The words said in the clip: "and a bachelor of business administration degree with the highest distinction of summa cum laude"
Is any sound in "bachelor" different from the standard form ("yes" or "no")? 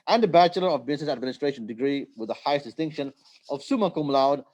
no